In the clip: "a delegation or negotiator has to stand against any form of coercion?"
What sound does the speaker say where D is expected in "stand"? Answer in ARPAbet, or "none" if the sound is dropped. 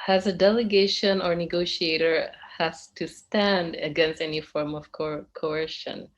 D